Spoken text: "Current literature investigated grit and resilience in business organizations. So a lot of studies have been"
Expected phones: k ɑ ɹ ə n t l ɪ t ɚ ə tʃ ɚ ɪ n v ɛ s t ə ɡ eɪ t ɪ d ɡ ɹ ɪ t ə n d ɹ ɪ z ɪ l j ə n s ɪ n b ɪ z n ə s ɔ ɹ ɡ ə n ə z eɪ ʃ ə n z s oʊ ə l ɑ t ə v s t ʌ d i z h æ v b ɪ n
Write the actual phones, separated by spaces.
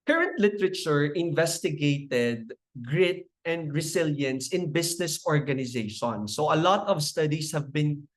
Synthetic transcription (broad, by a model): k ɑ ɹ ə n t l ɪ t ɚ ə tʃ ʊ ɪ n v ɛ s t ə ɡ eɪ t ɪ d ɡ ɹ ɪ t ə n d ɹ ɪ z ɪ l j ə n s ɪ n b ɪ s n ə s ɔ ɹ ɡ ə n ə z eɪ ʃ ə n s oʊ ə l ɑ t ə v s t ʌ d i s h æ v b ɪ n